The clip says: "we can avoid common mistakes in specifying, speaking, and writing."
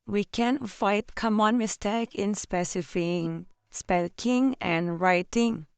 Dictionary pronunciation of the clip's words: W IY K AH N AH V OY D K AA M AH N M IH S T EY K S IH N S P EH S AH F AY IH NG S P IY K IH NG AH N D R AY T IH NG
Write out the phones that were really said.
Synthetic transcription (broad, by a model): W IY K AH N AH IH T K AA M AH N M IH S T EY K IH N S P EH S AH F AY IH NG S P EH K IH NG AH N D R AY T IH NG